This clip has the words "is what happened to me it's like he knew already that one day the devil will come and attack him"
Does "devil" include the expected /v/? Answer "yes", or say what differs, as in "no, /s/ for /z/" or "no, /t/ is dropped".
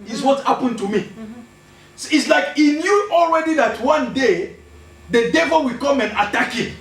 yes